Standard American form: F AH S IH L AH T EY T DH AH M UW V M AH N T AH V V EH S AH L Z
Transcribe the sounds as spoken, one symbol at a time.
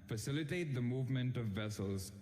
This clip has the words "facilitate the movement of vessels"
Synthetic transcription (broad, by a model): F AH S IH L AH T EY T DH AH M UW V M AH N T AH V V EH S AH L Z